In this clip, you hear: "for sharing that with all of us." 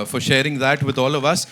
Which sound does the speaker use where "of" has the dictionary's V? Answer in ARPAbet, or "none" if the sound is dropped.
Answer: V